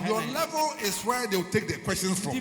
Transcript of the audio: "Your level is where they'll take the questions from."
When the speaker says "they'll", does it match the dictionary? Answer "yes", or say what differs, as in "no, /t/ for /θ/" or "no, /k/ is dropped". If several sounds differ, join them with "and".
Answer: no, /w/ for /l/